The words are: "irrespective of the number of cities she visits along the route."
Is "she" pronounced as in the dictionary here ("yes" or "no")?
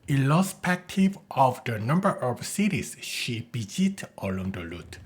yes